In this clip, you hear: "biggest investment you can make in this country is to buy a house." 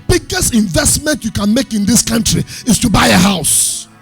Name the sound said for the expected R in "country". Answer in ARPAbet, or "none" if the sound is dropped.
R